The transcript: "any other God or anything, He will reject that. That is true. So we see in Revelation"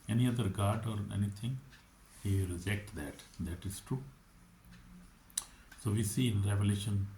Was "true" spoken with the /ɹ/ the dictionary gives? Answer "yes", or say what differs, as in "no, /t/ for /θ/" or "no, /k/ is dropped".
yes